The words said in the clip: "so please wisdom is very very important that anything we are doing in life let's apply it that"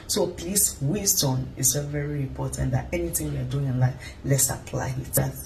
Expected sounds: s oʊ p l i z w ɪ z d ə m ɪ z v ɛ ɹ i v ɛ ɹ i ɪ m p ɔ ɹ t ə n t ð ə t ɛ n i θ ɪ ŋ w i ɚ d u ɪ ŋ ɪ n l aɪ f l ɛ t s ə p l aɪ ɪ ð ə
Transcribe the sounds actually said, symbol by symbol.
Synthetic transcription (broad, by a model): s oʊ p l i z w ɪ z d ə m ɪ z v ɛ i v ɛ ɹ i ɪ m p ɔ t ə n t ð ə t ɛ n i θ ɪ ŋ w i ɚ d u ɪ ŋ ɪ n l aɪ f l ɛ t s ə p l aɪ ɪ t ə